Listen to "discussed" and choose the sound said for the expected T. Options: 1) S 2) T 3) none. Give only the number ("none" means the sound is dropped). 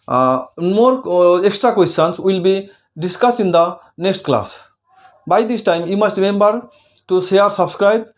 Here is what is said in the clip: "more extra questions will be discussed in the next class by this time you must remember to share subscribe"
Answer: 3